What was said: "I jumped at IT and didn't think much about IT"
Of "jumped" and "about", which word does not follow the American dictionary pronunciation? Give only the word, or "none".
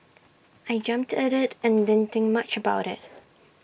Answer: none